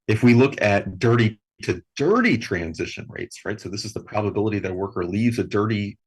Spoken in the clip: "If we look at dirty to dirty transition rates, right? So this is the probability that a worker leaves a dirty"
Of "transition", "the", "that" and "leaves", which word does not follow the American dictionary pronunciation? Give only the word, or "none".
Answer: none